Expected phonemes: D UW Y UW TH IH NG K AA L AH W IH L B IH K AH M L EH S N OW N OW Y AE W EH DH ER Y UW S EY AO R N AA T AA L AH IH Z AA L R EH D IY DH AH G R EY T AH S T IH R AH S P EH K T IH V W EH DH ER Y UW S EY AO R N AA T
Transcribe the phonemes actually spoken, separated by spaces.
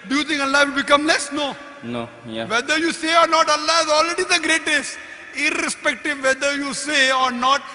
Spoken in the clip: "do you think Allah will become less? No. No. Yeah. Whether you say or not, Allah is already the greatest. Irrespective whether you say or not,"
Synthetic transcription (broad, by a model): D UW Y UW T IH NG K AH L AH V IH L B IH K AH M L EH S N OW N OW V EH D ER Y UW S EY AO R N AA T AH L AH IH Z AA L R EH D IY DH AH G R EY T AH S T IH R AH S P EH K T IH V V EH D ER Y UW S EY AO R N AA T